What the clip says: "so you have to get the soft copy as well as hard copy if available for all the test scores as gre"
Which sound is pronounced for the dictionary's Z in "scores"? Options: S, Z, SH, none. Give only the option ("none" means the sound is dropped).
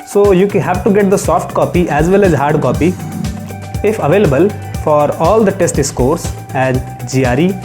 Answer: S